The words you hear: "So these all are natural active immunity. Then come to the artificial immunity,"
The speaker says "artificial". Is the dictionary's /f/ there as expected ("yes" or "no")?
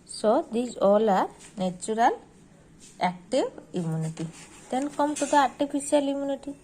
no